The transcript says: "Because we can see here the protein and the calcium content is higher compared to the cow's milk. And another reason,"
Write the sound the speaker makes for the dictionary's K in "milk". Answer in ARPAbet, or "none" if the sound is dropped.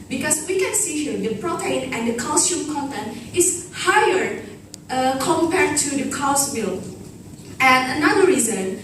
none